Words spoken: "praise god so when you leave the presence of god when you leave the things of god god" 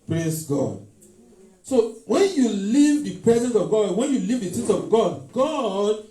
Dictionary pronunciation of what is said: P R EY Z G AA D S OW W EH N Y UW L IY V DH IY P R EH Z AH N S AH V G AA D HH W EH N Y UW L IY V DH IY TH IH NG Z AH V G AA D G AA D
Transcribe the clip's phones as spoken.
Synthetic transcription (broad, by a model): P R EY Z G AA D S OW W EH N Y UW L IY V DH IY P R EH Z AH N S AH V G AA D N W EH N Y UW L IY V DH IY T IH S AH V G AA D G AA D